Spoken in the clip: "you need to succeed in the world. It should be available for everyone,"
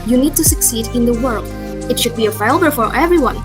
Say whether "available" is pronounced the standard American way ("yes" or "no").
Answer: no